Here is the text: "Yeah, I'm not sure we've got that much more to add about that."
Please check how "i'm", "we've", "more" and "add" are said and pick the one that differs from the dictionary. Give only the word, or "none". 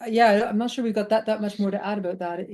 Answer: none